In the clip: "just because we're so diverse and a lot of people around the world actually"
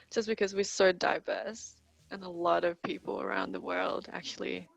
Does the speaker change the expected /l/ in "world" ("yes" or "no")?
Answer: no